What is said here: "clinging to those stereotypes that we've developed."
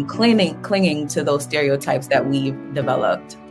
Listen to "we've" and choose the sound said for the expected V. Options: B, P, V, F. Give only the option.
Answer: V